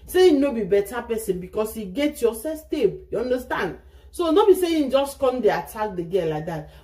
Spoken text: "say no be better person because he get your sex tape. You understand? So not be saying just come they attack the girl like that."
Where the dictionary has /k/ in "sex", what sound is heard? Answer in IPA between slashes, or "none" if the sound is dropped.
none